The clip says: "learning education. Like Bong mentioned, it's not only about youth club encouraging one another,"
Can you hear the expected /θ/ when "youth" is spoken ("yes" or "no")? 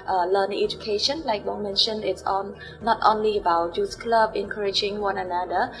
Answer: no